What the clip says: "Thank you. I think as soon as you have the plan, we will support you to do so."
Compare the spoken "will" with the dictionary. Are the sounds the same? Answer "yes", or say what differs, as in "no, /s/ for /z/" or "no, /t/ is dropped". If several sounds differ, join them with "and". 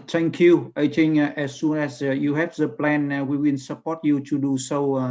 no, /n/ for /l/